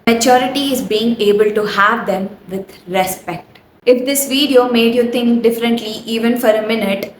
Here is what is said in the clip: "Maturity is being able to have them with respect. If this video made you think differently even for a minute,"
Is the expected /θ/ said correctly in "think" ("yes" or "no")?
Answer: no